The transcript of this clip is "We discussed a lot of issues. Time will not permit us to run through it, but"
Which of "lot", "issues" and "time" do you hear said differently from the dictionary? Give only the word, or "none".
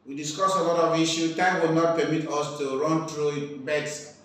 issues